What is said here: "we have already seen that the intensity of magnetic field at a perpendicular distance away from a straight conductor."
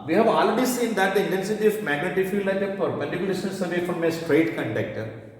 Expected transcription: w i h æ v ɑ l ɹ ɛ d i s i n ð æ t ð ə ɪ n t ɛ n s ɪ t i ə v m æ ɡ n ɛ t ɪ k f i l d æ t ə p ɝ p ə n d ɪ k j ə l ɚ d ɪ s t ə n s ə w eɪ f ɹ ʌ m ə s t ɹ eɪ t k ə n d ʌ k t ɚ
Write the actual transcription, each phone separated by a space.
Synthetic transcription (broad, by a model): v i h æ v ɑ l ɹ ɛ d i s i n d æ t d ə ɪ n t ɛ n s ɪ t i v m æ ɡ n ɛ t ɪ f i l æ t ə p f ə d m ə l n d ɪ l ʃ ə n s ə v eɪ f ɹ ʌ m ə s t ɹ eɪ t k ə n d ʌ k t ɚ